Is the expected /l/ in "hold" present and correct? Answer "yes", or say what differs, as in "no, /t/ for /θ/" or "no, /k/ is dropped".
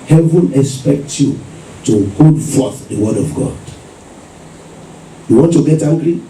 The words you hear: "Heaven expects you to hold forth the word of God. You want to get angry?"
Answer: no, /l/ is dropped